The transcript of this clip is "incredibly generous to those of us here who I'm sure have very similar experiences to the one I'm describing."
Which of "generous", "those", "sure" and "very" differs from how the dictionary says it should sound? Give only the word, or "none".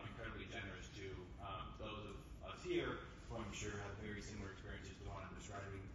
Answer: none